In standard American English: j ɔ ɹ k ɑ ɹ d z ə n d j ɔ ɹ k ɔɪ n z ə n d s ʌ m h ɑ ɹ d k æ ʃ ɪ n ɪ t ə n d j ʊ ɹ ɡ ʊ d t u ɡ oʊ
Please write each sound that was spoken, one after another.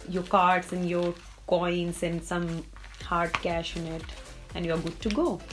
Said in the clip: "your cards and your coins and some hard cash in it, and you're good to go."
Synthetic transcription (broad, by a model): j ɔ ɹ k ɑ ɹ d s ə n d j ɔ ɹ k ɔɪ n s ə n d s ʌ m h ɑ ɹ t k æ ʃ ɪ n ɪ t ə n d j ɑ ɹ ɡ ʊ d t u ɡ oʊ